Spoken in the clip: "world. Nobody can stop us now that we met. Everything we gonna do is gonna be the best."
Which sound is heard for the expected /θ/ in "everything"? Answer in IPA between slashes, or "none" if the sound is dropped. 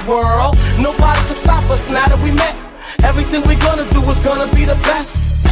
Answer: /θ/